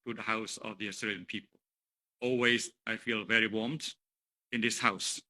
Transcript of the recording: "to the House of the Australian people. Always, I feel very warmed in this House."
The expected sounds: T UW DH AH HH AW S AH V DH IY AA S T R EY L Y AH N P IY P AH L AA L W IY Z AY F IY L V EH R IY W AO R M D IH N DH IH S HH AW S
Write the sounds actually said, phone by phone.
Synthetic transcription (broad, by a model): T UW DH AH HH AW S AH V DH IY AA S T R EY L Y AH N P IY P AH L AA L W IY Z AY F IY L V EH R IY W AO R M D IH N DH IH S HH AW S